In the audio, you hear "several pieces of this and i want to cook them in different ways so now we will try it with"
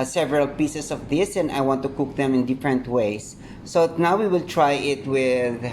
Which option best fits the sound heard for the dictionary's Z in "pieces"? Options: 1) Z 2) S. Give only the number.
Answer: 2